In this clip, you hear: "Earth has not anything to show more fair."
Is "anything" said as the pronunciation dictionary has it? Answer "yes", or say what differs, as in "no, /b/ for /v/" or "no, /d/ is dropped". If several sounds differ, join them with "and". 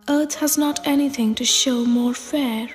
yes